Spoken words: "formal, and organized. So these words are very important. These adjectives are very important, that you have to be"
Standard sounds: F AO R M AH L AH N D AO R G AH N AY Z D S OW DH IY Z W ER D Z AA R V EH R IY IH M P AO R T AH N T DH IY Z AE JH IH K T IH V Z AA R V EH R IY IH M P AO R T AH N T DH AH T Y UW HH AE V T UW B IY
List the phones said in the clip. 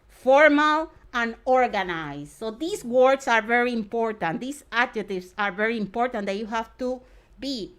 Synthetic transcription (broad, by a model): F AO R M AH L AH N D AO R G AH N AY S S OW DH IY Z W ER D S AA R V EH R IY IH M P AO R T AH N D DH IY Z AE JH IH T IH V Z AA R V EH R IY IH M P AO R T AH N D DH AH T Y UW HH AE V T UW B IY